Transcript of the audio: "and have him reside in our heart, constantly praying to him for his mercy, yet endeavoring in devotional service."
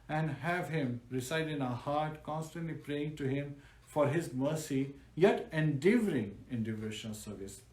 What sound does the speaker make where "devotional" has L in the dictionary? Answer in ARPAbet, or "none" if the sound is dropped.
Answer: N